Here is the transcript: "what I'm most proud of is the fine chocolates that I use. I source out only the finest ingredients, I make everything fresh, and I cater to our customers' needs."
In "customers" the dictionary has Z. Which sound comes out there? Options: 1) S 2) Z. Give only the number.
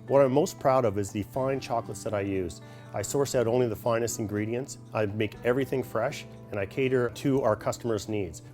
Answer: 2